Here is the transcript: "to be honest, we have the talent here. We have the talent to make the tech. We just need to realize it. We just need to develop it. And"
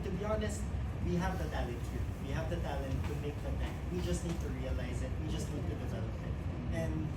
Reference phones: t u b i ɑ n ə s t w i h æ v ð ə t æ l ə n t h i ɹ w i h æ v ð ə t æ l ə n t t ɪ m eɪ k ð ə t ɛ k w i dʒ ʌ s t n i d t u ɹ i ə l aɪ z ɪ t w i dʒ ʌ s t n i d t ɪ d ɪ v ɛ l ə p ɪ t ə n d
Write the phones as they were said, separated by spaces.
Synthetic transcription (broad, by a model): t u b i ɑ n ə s t w i h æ v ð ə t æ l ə t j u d w i h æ v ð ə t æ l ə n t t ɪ m eɪ k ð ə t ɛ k w i dʒ ʌ s t n i d t u ɹ i ə l aɪ z ɪ t w i dʒ ʌ s t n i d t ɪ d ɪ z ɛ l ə f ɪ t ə n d